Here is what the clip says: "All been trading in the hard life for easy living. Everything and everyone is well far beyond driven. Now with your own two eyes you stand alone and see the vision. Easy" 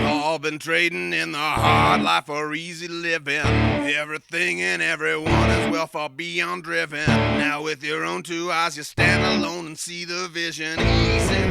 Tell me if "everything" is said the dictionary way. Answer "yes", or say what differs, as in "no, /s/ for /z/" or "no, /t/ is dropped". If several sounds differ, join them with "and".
yes